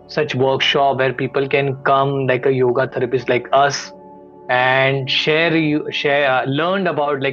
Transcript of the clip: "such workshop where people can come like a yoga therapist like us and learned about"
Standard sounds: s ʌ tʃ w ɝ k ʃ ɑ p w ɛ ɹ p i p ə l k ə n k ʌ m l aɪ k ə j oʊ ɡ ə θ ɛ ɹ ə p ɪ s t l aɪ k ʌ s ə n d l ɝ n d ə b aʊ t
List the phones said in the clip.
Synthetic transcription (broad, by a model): s ʌ tʃ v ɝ k ʃ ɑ p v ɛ ɹ p i p ə l k ə n k ʌ m l aɪ k ə j oʊ ɡ ə t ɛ ɹ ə p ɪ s l aɪ k ʌ s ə n d l ɝ n d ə b aʊ t